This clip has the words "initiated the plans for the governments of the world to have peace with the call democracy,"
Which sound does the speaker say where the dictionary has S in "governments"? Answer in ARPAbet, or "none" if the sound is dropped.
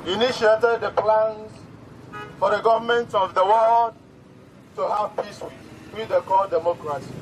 none